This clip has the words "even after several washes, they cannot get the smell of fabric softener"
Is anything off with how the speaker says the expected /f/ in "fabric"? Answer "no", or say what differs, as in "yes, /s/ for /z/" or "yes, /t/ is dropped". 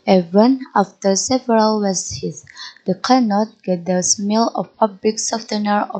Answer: yes, /p/ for /f/